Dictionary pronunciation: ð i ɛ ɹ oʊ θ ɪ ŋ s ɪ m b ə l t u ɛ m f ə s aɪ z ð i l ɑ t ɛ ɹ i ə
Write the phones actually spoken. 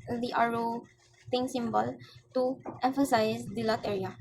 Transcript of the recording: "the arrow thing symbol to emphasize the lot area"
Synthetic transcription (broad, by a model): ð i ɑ ɹ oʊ t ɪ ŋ s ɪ m b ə l t u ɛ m f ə s aɪ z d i l ɑ t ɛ ɹ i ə